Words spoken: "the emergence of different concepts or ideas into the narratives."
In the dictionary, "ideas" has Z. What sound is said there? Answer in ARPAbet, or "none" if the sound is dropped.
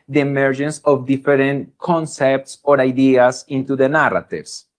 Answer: S